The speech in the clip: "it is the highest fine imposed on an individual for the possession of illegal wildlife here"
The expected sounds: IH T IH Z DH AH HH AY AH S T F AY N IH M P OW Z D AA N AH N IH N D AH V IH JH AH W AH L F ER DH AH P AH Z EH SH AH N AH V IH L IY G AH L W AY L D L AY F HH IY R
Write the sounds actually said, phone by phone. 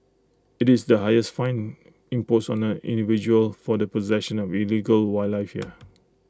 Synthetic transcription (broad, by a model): IH T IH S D AH HH AY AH S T F AY N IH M P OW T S AA N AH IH N D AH V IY JH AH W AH L F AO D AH P AH Z EH SH AH N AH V IH L IY G AH L W AY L L AY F HH IY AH